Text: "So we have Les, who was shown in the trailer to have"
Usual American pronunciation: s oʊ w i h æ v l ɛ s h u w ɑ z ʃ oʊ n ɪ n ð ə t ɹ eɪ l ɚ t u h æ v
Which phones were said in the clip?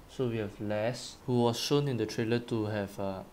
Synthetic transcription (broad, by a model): s oʊ w i h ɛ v l ɛ s h u w ɑ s ʃ oʊ n ɪ n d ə t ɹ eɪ l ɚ t u h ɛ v